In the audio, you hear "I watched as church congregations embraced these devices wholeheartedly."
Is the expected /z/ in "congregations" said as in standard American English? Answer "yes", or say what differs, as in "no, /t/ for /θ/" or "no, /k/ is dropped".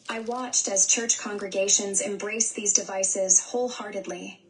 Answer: yes